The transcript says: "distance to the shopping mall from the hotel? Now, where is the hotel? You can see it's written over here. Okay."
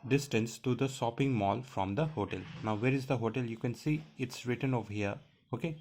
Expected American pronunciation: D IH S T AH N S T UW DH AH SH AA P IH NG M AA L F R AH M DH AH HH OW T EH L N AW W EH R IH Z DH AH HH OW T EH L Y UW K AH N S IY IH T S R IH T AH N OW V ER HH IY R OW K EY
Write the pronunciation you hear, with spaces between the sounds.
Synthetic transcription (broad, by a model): D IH S T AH N S T UW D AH S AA P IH NG M AA L F R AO M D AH HH OW T EH L N AW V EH R IH Z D AH HH OW T EH L Y UW K AH N S IY IH T S R IH T AH N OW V HH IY R OW K EY